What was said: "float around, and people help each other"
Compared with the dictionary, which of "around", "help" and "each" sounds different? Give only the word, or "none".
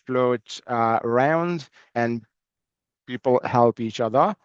none